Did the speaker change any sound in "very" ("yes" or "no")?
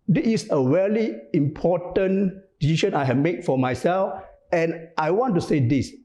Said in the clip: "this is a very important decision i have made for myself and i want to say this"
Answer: yes